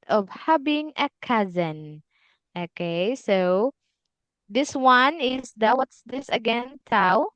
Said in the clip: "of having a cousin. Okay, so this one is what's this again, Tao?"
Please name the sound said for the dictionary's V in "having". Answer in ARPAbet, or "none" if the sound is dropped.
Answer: B